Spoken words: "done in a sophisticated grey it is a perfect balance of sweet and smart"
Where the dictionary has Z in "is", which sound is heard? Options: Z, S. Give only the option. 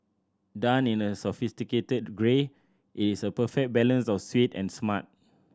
S